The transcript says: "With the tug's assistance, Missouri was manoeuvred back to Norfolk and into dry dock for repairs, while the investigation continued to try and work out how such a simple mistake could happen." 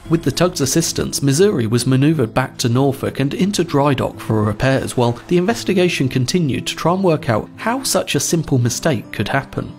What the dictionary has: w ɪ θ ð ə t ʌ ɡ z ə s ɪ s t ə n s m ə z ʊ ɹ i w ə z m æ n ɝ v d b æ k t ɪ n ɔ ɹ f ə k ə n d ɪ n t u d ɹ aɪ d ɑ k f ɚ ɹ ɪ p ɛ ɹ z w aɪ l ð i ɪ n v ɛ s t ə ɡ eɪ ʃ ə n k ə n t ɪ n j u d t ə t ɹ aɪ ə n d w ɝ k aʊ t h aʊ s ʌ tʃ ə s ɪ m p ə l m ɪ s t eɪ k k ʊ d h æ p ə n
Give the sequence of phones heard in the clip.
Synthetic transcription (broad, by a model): w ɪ ð ə t ʌ ɡ z ə s ɪ s t ə n s m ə z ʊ ɹ i w ə z m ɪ n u v d b æ k t ɪ n ɔ ɹ f ə k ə n ɪ n t u d ɹ aɪ d ɑ k f ɚ ɹ ɪ p ɛ ɹ z w aɪ l ð i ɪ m v ɛ s t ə ɡ eɪ ʃ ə n k ə n t ɪ n j u d t ə t ɹ aɪ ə n w ɝ k aʊ t h aʊ s ʌ tʃ ə s ɪ m p l m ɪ s t eɪ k k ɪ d h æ p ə n